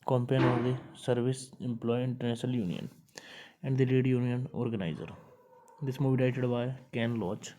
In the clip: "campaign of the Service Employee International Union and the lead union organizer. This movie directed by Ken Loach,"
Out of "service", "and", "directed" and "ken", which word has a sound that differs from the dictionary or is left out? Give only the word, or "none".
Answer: directed